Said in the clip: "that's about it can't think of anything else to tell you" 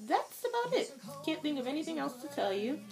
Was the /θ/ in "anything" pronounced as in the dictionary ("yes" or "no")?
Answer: yes